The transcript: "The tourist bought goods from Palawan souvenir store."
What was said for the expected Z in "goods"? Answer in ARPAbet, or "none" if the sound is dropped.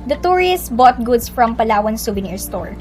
S